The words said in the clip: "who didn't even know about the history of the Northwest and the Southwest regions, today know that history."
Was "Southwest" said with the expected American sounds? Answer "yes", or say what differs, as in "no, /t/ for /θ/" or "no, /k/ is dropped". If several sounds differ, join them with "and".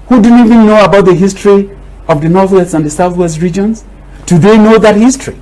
yes